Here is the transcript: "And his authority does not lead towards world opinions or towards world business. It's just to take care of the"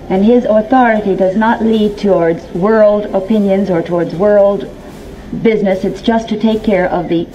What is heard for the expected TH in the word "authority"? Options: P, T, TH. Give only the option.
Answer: TH